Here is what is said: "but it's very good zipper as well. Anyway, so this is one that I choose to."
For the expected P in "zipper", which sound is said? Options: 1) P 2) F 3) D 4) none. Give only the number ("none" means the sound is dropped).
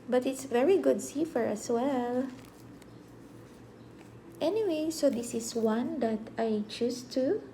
2